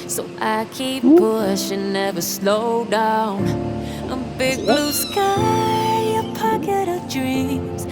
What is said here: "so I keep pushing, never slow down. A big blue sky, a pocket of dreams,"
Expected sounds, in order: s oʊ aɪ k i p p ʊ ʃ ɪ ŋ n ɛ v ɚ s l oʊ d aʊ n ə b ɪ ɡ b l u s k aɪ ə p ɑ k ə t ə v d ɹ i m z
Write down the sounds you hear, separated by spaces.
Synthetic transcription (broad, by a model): s oʊ aɪ k i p b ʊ ʃ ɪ n ɛ v ɚ s l oʊ d aʊ n ə b ɪ ɡ b l u s k aɪ ə p ɑ k ə t ə v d ɹ i m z